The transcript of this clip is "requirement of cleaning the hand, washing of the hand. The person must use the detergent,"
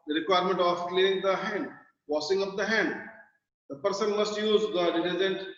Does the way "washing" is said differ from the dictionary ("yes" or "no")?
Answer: yes